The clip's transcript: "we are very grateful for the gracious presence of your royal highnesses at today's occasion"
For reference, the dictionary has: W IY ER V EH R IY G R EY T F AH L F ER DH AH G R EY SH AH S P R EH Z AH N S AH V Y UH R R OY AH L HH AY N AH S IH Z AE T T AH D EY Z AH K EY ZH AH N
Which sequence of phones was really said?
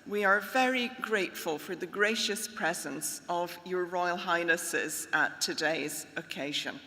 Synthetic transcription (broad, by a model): W IY ER V EH R IY G R EY T F AH L F ER DH AH G R EY SH AH S P R EH Z AH N S AH V Y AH R R OY AH L HH AY N AH S IH Z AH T T AH D EY Z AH K EY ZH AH N